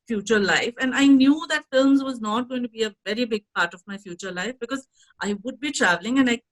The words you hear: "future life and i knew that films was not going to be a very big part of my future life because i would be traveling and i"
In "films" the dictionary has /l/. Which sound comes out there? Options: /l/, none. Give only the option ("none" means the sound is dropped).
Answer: /l/